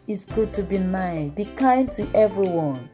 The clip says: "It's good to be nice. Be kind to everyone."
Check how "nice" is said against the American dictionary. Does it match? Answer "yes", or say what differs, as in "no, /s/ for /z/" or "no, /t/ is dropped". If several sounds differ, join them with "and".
no, /s/ is dropped